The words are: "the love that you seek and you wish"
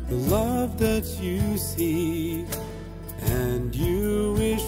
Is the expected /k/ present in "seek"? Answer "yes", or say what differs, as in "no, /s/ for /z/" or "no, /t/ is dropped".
no, /k/ is dropped